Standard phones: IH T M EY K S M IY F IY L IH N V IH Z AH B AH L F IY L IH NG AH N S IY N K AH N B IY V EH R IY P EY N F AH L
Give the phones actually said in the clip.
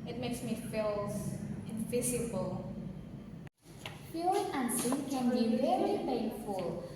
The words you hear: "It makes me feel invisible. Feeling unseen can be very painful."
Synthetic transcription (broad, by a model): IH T M EY K S M IY F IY L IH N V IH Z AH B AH L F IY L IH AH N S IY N K AH N B IY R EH L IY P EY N F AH L